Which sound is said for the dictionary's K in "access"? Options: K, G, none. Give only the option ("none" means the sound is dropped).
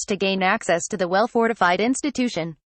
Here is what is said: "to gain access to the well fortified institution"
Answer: K